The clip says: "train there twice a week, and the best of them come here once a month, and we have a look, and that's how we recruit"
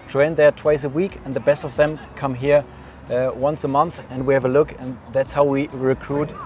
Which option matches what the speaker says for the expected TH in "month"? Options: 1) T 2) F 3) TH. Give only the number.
3